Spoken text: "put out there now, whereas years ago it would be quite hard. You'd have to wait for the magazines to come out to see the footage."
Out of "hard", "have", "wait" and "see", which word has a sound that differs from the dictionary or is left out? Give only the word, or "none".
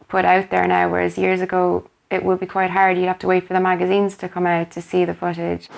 have